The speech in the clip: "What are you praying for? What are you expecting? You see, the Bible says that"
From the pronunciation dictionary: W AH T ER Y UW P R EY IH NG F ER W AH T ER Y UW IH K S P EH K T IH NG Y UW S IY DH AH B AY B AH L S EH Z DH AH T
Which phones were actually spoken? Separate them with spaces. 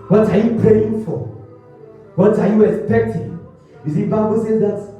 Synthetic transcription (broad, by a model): W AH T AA Y UW P R EY IH NG F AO W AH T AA Y UW IH K S P EH K T IH NG Y UW S IY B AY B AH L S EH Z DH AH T